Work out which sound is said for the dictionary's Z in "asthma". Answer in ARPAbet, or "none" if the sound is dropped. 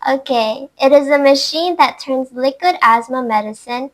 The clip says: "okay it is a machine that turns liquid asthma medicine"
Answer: Z